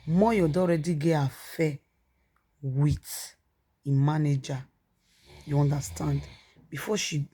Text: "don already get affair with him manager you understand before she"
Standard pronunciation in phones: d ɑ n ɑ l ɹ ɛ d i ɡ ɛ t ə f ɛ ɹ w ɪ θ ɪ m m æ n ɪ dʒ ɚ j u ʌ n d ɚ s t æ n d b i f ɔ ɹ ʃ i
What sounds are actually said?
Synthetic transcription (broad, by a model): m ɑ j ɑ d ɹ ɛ d i ɡ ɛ ə f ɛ w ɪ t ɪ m m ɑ n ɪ dʒ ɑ j u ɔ n d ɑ s t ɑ n d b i f ɔ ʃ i